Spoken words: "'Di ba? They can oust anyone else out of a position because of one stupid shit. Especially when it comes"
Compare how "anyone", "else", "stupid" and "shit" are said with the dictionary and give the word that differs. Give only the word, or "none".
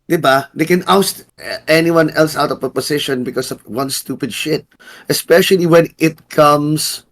none